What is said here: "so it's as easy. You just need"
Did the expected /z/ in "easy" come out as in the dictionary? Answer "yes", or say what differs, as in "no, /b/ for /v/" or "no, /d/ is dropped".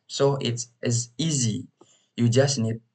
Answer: yes